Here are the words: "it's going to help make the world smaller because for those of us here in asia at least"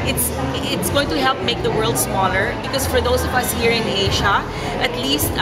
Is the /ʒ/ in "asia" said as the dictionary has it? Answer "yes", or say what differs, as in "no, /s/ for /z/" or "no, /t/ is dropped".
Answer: no, /ʃ/ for /ʒ/